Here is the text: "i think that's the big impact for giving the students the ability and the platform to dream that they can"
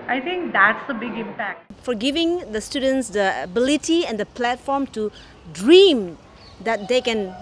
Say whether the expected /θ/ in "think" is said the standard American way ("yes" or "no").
no